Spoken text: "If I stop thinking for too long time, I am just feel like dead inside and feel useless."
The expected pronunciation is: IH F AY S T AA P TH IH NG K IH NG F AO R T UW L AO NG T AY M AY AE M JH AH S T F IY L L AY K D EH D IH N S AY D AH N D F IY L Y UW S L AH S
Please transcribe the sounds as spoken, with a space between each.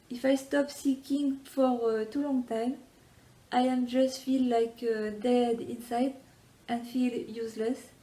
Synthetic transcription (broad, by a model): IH F AY S T AA P S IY K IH NG F AO R T UW L AO NG T AY M AY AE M JH AH S T F IY L L AY K D EH D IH N S AY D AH N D F IY L Y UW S L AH S